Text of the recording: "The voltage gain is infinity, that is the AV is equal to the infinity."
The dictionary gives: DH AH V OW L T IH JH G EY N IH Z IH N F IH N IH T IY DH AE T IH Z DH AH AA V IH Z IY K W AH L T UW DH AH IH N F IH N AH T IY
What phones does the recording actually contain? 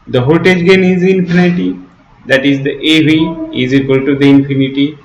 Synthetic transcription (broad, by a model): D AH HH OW T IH JH G EY N IH Z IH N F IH N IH T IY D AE T IH Z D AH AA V IH Z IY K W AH L T UW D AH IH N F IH N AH T IY